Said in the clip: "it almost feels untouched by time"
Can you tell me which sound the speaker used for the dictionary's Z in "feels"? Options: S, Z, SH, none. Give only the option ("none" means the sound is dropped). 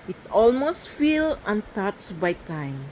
none